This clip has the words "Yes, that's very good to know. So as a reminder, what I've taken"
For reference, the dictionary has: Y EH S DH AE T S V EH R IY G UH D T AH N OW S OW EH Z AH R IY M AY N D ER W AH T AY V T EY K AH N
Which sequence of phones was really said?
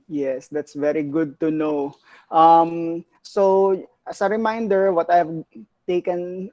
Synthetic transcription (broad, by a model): Y EH S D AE T S V EH R IY G UH D T AH N OW S OW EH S AH R IY M AY N D ER W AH T AY V T EY K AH N